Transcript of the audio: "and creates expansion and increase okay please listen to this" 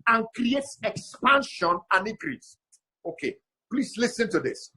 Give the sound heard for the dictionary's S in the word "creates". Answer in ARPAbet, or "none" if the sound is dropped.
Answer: S